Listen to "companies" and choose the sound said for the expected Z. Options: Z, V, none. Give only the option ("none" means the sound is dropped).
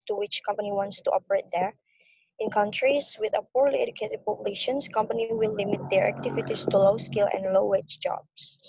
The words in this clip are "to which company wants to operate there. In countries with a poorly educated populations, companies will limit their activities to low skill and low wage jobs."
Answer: none